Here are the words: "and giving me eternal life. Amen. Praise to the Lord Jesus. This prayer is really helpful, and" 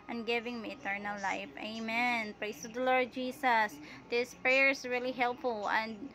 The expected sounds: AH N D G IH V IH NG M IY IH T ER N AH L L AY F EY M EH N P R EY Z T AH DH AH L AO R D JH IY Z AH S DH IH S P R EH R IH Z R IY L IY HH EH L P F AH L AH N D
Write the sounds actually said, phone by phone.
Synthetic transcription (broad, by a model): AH N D G IH V IH NG M IY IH T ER N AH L L AY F EY M EH N P R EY S T AH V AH L AO R D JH IY S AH S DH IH S P R EH R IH S R IY L IY HH EH L P F AH L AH N D